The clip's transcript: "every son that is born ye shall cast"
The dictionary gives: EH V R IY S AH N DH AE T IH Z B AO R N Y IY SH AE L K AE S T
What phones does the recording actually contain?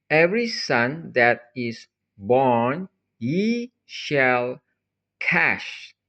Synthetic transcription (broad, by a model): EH V R IY S AH N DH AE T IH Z B AO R N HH IY SH AE L K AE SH